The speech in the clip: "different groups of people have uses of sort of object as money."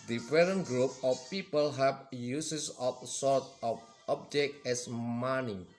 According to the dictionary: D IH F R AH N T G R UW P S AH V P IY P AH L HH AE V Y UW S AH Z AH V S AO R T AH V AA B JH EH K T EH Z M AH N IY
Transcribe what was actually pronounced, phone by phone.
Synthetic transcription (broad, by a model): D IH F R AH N G R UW P AH F P IY P AH L HH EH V Y UW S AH S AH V S AO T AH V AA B JH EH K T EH S M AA N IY